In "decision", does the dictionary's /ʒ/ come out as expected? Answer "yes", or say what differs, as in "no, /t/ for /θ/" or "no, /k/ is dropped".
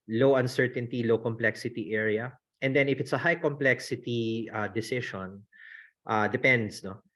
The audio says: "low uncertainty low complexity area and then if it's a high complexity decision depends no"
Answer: no, /ʃ/ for /ʒ/